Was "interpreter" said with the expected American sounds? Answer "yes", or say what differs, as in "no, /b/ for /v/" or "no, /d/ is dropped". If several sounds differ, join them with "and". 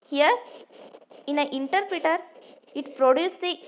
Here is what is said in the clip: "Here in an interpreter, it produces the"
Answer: yes